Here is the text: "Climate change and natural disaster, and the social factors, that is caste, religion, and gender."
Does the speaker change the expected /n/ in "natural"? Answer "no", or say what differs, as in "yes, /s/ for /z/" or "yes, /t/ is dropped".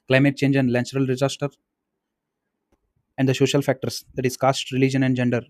yes, /l/ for /n/